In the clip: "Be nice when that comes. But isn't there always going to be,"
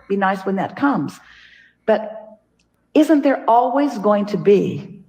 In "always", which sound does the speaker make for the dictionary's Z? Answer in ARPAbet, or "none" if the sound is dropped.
Z